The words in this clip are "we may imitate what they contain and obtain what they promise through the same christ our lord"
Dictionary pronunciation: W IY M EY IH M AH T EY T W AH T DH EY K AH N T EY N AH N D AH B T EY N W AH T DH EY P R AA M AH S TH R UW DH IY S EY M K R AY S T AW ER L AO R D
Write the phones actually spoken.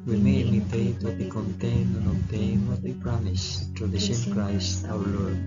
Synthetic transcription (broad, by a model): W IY M EY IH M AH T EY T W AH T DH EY K AH N T EY N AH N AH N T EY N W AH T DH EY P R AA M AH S T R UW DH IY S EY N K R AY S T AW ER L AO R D